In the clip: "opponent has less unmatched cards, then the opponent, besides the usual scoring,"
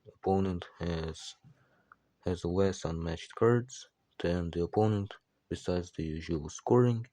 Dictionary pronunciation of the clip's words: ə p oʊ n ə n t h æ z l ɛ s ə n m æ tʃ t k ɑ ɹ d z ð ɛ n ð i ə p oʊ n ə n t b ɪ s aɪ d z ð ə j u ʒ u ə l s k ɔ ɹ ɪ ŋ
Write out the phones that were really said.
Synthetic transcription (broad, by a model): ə p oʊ n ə n t h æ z w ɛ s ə n m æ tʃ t k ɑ ɹ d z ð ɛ n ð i ə p oʊ n ə n t b ɪ s aɪ d z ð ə j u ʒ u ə l s k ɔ ɹ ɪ ŋ